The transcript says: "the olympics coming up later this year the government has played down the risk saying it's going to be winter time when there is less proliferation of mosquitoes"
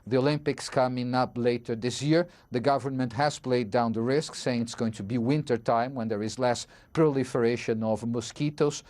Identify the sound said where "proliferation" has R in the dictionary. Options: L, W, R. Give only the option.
R